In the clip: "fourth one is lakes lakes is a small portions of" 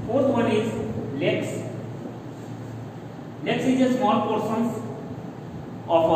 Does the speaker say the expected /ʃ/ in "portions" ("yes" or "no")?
no